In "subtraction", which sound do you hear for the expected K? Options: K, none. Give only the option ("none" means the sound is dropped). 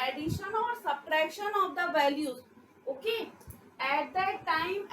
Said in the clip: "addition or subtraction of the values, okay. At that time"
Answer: none